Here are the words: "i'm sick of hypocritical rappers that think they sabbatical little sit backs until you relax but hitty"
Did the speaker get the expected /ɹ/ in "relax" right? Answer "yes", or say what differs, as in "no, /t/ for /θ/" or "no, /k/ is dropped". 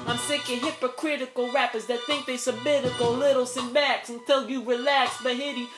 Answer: yes